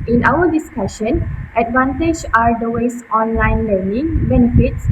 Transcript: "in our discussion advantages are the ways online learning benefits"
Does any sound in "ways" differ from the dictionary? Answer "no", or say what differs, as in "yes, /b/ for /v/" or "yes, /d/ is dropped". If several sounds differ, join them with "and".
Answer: yes, /s/ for /z/